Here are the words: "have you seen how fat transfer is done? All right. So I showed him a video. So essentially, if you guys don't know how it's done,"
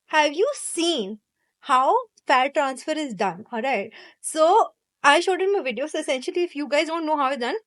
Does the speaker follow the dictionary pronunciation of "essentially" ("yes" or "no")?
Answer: yes